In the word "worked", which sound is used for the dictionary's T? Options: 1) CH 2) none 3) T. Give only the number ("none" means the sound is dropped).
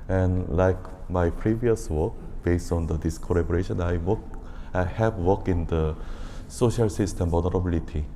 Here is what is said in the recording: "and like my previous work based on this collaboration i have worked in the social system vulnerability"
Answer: 2